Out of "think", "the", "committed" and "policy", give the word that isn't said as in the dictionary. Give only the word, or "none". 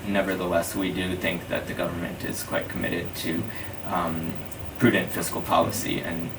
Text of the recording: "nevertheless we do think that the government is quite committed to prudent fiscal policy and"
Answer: none